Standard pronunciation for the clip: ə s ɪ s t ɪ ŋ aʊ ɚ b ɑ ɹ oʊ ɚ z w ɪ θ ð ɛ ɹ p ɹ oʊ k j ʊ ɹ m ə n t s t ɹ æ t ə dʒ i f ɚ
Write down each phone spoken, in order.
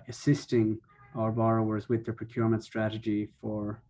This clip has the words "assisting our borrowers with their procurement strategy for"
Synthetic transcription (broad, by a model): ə s ɪ s t ɪ ŋ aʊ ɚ b ɑ ɹ oʊ ɚ z w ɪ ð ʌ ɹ p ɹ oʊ k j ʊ ɹ m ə n t s t ɹ æ t ə dʒ i f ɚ